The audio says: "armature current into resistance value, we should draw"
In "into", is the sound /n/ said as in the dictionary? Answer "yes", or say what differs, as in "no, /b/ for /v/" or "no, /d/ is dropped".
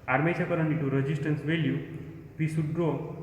no, /n/ is dropped